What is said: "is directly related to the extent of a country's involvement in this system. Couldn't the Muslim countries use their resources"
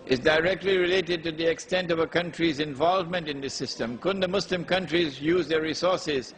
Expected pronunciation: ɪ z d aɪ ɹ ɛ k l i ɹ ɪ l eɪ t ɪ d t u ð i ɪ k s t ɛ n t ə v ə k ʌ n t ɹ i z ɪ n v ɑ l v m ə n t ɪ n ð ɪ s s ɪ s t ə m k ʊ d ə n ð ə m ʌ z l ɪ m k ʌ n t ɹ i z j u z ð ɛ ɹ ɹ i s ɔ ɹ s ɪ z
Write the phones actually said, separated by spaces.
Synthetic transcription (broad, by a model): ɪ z d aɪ ɹ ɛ k l i ɹ ɪ l eɪ t ɪ d t u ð i ɪ k s t ɛ n t ə v ə k ʌ n t ɹ i z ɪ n v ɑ l v m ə n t ɪ n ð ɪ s s ɪ s t ə m k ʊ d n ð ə m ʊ s l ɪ m k ʌ n t ɹ i z j u z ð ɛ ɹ ɹ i s ɔ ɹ s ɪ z